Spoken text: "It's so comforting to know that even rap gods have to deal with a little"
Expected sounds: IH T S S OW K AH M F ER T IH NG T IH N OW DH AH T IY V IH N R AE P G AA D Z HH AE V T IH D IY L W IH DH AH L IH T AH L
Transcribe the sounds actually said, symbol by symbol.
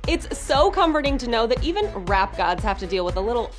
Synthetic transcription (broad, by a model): IH T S S OW K AH M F ER T IH NG T IH N OW DH AH T IY V IH N R AE P G AA D Z HH AE F T IH D IY L W IH DH AH L IH T L